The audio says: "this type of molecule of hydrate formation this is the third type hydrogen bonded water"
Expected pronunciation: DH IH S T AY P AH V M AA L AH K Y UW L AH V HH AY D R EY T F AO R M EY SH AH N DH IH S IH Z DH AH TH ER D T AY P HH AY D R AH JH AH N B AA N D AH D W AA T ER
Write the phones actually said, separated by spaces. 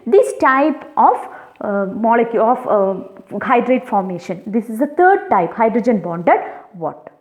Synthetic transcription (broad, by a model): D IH S T AY P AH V M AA L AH K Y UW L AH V HH AY D R EY T F AO R M EY SH AH N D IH S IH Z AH T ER D T AY P HH AY D R AH JH AH N B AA N D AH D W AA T